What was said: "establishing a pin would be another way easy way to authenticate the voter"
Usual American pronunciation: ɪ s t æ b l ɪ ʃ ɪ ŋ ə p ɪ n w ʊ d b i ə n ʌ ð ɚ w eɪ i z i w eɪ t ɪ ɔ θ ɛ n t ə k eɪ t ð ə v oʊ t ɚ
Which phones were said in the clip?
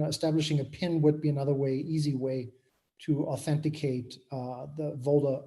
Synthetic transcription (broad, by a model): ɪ s t æ b l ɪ ʃ ɪ ŋ ə p ɪ n w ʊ d b i ə n ʌ ð ɚ w eɪ i z i w eɪ t ɪ ɔ θ ɛ n t ə k eɪ t ð ə v oʊ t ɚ